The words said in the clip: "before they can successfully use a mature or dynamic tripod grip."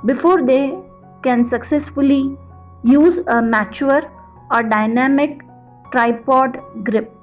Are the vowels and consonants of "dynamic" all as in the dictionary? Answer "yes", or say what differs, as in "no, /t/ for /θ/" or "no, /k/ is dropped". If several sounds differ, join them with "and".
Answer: yes